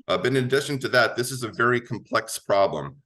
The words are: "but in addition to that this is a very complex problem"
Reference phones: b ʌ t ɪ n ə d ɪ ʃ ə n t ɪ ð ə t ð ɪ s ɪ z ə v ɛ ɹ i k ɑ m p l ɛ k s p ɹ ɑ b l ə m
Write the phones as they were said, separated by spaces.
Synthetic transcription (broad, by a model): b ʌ t ɪ n ə d ɪ ʃ ə n t ɪ ð ə t ð ɪ s ɪ z ə v ɛ ɹ i k m p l ɛ k s p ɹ ɑ b l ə m